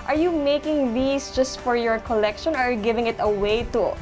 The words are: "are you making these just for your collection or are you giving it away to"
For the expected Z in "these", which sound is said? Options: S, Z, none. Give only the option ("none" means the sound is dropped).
S